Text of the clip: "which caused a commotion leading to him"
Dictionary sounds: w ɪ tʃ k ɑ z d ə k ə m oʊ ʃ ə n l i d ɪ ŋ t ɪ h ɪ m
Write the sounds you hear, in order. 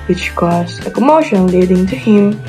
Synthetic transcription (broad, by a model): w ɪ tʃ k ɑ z ə k ə m oʊ ʃ ə n l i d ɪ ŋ t ɪ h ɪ m